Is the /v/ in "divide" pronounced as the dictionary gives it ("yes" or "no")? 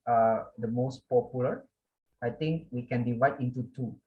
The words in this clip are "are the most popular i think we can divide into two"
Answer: no